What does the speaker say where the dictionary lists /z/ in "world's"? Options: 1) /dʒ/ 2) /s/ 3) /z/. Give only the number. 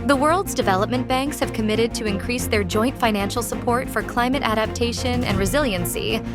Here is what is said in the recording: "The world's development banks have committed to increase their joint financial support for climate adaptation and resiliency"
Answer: 3